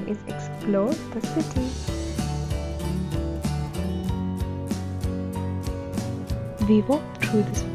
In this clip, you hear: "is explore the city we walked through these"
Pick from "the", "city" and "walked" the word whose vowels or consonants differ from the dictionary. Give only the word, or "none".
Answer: walked